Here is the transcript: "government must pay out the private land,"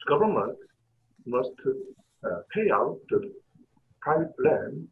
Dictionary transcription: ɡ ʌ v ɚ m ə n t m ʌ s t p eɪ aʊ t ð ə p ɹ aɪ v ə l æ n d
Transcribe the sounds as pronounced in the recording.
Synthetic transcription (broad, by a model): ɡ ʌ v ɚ m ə n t m ʌ s t p eɪ aʊ t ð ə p aɪ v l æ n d